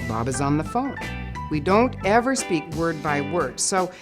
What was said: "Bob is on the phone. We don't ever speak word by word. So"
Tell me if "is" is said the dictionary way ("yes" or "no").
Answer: yes